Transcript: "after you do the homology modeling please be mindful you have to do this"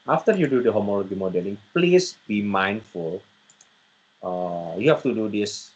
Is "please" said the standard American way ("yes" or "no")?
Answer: no